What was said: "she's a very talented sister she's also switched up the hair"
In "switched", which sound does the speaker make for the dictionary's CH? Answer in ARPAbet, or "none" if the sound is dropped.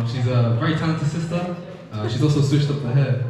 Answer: SH